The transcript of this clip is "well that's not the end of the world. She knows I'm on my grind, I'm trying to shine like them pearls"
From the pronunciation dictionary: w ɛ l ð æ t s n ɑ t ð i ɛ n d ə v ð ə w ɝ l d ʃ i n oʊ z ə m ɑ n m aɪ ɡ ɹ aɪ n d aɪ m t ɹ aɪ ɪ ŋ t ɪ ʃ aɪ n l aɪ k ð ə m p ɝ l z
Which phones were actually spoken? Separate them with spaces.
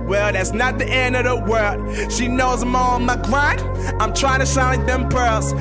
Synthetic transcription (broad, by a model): w ɛ l ð æ t s n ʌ t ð i ɛ n d ə v ð ə w ɝ l d ʃ i n oʊ z ə m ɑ l m aɪ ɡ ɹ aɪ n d aɪ m t ɹ aɪ ɪ ŋ t ɪ ʃ aɪ n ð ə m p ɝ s